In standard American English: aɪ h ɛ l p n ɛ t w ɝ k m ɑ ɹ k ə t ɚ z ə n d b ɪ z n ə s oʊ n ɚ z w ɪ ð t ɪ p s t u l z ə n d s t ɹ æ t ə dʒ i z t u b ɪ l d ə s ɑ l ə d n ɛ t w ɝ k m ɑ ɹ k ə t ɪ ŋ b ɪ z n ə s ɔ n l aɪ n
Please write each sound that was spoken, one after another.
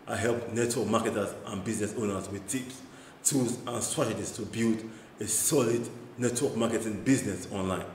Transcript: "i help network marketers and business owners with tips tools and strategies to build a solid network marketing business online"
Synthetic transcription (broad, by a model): aɪ h ɛ l p n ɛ t w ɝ k m ɑ k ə t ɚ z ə n b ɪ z n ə s oʊ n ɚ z w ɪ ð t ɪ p s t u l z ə n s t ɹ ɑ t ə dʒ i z t u b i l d ə s ɑ l ə d n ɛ t w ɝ k m ɑ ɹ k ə t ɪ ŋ b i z n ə s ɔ n l aɪ n